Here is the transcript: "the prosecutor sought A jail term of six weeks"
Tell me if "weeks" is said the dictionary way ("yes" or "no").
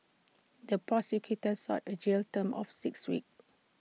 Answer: no